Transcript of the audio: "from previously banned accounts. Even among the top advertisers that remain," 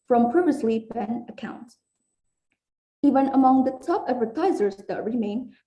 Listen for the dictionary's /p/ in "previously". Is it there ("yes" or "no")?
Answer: yes